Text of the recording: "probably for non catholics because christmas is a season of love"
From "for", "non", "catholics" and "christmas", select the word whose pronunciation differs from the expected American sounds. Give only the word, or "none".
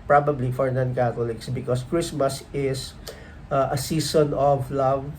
catholics